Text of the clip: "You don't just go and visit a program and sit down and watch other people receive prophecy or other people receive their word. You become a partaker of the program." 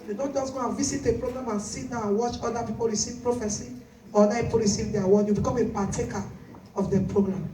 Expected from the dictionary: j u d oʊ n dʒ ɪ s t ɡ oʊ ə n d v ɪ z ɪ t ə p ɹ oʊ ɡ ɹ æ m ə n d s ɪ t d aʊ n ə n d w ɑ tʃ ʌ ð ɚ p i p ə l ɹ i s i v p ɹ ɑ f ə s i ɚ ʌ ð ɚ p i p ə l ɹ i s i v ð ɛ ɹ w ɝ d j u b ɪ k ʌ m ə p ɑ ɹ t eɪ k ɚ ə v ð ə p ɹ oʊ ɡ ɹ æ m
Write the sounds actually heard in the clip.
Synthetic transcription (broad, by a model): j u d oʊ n dʒ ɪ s ɡ oʊ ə n v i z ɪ t ə p ɹ oʊ ɡ ɹ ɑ m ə n s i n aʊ ə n w ɑ tʃ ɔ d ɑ p i p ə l ɹ i s i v p ɹ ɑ f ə s i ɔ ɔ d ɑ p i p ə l ɹ i s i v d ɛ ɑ w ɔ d j u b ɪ k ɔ m ə p ɑ t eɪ k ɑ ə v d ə p ɹ oʊ ɡ ɹ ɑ m